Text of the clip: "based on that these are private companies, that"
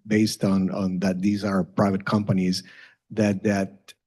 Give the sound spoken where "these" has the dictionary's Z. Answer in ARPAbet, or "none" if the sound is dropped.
Z